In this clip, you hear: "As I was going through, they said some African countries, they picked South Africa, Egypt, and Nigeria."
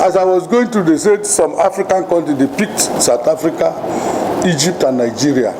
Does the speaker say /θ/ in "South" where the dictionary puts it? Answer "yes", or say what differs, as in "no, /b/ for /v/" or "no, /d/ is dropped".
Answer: no, /t/ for /θ/